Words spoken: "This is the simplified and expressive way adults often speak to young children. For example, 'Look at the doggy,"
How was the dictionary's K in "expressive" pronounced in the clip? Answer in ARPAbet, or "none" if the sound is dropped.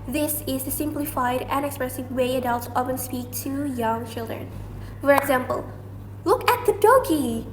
K